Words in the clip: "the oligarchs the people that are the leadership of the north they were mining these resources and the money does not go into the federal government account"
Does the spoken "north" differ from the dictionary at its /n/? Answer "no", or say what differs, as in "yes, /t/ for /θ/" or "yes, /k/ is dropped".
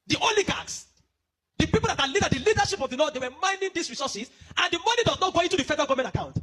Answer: yes, /l/ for /n/